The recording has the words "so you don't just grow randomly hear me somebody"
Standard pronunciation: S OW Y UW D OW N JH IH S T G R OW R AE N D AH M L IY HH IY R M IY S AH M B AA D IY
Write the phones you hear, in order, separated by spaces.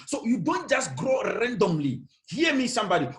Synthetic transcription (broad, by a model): S OW Y UW D OW N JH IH S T G R OW R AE N D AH M L IY HH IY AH M IY S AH M B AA D IY